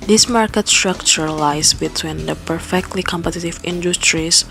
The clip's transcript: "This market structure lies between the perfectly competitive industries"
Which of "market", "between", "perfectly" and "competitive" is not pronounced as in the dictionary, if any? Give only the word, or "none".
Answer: none